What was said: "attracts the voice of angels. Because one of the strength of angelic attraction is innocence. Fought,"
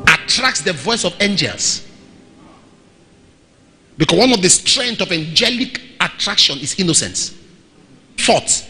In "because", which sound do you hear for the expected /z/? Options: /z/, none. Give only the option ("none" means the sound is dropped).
none